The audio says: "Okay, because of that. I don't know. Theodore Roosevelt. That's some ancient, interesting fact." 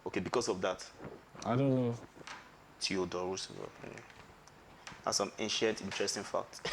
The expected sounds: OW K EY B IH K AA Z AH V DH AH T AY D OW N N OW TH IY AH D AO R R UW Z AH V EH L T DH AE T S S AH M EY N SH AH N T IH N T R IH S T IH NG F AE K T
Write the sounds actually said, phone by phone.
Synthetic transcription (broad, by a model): OW K EY B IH K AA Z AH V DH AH T AY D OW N N OW T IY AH D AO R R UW S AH AA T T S S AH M EY N SH AH N T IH N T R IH S T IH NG F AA K T